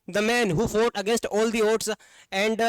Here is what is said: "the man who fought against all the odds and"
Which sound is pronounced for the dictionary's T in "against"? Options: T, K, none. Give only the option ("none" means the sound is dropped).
T